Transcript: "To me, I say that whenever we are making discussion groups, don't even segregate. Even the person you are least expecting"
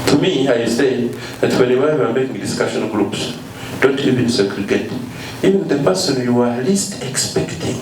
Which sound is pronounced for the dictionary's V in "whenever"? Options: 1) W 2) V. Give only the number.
1